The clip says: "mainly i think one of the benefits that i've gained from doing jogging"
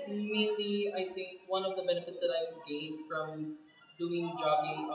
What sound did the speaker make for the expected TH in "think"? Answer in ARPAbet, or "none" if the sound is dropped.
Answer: TH